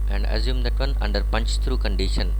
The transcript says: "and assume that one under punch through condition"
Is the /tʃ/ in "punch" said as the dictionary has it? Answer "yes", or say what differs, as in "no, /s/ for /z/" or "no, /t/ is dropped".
yes